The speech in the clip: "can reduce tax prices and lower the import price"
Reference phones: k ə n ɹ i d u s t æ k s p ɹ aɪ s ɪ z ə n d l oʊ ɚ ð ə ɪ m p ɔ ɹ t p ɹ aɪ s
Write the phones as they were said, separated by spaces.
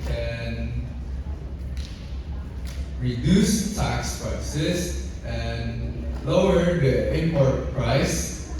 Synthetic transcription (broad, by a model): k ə n ɹ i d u s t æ k s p ɹ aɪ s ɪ s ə n l oʊ ɚ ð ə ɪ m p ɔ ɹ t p ɹ aɪ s